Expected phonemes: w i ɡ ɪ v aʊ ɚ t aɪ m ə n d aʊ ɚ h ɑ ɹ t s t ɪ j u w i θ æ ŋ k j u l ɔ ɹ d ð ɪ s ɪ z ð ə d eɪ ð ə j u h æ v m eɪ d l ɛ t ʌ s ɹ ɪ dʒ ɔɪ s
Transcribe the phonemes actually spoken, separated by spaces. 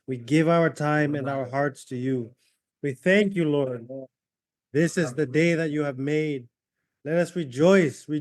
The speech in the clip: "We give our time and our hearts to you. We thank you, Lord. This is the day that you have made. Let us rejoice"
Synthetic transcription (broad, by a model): w i ɡ ɪ v aʊ ɚ t aɪ m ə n aʊ ɚ h ɑ ɹ t s t ɪ j u w i θ æ ŋ k j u l ɔ ɹ d ð ɪ s ɪ z ð ə d eɪ ð ə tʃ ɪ v m eɪ d l ɛ t ʌ s ɹ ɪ dʒ ɔɪ s